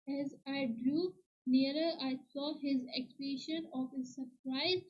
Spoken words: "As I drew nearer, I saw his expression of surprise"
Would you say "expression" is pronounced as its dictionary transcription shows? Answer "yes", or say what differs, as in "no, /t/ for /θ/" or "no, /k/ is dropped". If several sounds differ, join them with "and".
no, /ɹ/ is dropped